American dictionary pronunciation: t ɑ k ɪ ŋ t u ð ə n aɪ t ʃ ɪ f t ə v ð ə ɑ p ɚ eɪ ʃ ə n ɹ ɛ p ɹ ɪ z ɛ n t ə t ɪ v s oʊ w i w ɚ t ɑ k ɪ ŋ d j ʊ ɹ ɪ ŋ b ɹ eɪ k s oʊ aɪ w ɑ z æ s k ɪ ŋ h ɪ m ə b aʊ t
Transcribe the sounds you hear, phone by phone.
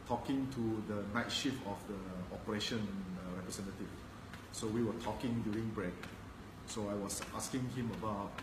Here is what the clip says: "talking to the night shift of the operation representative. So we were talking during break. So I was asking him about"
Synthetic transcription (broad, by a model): t ɑ k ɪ ŋ t u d ə n aɪ t ʃ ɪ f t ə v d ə ɑ p ɚ eɪ ʃ ə n ɹ ɛ p ɹ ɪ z ɛ n t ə t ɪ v s oʊ w i w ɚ t ɑ k ɪ ŋ d j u ɹ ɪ ŋ b ɹ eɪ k s oʊ aɪ w ɑ s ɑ s k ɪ ŋ h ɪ m ə b aʊ t